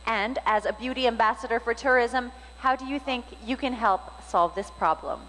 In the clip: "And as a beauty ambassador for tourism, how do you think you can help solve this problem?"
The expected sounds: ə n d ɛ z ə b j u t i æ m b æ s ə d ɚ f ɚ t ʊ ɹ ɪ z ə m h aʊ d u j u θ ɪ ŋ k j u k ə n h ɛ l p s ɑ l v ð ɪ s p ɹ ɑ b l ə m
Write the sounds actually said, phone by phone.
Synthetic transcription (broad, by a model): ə n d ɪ z ə b j u t i æ m b æ s ə d ɚ f ɚ t ʊ ɹ ɪ z ə m h aʊ d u j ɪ θ ɪ ŋ k j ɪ k ə n h ɛ l p s ɑ l v ð ɪ s p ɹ ɑ b l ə m